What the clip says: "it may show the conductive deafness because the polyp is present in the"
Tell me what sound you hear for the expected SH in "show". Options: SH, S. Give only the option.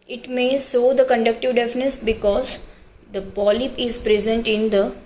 S